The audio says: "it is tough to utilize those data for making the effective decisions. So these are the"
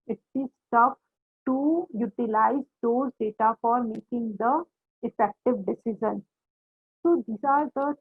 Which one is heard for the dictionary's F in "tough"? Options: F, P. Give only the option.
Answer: P